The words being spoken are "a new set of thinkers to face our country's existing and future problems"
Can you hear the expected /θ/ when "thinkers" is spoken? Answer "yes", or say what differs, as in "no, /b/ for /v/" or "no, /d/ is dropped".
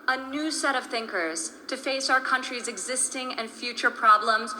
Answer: yes